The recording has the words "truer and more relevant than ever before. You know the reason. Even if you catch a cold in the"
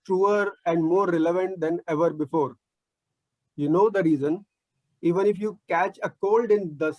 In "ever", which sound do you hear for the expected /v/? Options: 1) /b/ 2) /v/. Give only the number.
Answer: 2